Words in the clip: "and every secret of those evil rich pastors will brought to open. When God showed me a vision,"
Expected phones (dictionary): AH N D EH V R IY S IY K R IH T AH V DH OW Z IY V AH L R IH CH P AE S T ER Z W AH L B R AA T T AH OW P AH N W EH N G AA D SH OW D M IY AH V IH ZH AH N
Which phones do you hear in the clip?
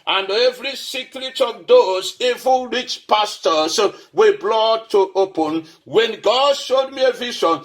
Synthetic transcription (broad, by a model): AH N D EH V R IY S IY K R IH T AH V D OW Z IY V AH N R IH CH P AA S T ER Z W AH B L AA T T AH OW P AH N W EH N G AA D SH OW D M IY AH V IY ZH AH N